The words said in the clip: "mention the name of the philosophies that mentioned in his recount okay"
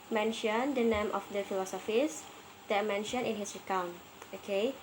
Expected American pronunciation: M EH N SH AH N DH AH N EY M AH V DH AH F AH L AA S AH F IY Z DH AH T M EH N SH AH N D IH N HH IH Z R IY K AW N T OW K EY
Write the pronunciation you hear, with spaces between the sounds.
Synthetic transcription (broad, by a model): M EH N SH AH N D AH N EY M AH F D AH F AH L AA S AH F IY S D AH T M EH N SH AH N IH N HH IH S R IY K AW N OW K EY